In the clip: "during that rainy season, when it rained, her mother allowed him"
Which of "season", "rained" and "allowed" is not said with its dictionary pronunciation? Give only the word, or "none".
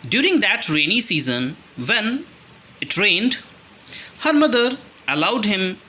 none